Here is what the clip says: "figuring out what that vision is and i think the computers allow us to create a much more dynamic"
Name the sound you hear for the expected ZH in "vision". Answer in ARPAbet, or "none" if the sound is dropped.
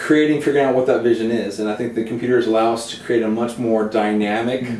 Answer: ZH